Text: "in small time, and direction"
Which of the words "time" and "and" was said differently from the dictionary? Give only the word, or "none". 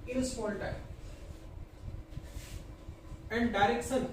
time